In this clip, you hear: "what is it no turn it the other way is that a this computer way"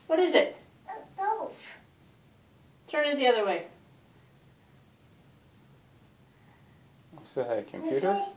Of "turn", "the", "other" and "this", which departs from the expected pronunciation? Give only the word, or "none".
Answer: this